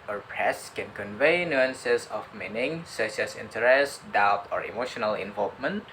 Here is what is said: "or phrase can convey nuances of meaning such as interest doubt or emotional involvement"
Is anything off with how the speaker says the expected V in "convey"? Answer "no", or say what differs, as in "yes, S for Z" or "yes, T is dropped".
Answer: no